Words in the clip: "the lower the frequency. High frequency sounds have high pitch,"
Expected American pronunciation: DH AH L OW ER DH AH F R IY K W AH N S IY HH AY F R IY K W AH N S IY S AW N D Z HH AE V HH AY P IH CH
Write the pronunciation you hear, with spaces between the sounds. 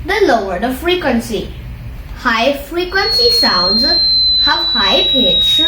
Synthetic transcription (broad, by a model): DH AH L OW ER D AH F R IY K W AH N S IY HH AY F R IY K W AH N S IY S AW N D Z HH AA W HH AY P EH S